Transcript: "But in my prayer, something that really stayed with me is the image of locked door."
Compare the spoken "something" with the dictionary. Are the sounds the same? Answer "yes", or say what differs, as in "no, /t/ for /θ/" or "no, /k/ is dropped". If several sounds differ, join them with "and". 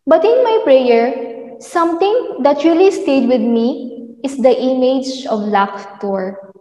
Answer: no, /t/ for /θ/